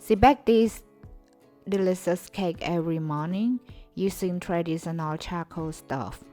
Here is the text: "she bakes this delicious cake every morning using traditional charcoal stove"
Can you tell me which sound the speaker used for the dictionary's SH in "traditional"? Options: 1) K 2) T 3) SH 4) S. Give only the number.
4